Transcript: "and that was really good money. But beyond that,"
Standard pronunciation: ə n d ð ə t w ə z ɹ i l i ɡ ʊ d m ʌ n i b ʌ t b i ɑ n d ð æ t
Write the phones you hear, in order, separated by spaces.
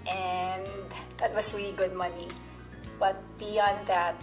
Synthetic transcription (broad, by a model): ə n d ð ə t w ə s ɹ i l i ɡ ʊ d m ʌ n i b ʌ t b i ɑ n d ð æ t